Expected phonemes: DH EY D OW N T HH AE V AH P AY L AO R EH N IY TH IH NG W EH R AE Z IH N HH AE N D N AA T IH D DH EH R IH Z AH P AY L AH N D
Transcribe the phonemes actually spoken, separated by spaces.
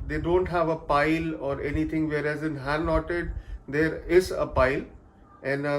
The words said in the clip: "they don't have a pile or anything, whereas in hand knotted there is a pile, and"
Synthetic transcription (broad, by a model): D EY D OW N T HH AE V AH P AY L AO R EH N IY T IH NG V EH R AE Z IH N HH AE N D N AA T IH D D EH R IH Z AH P AY L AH N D